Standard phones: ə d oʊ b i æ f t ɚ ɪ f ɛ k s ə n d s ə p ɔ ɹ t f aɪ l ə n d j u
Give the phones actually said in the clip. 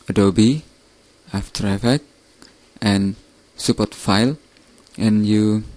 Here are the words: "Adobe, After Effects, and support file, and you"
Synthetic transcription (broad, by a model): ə d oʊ b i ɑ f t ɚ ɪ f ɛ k ə n s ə p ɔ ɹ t f aɪ l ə n j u